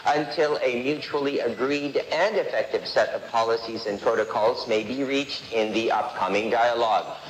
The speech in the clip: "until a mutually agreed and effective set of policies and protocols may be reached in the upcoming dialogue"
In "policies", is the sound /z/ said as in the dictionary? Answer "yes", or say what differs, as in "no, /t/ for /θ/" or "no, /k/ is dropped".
yes